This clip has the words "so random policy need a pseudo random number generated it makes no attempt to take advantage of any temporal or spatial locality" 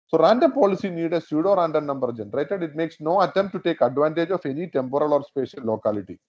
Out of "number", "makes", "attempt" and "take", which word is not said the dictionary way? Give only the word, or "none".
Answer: attempt